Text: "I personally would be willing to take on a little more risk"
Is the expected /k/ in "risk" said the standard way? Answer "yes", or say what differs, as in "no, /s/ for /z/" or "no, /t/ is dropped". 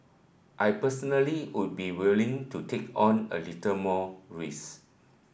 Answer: no, /k/ is dropped